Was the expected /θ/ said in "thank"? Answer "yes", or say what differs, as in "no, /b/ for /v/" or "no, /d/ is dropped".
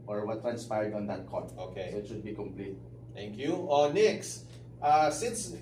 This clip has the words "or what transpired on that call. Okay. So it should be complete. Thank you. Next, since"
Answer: no, /t/ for /θ/